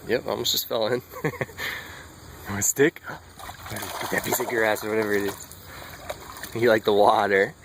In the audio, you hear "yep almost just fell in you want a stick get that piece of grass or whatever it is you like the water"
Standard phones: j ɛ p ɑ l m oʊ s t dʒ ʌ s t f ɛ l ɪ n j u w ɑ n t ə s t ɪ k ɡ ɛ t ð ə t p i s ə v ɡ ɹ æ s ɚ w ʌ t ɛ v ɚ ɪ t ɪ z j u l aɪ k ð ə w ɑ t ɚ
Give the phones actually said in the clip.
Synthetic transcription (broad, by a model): j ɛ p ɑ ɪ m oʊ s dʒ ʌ s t f ɛ l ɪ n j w ə s t ɪ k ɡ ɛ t ð ə t b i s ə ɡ ɹ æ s ɚ w ʌ t ɛ v ɚ ɪ t ɪ z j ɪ l aɪ k ð ə w ɑ t ɚ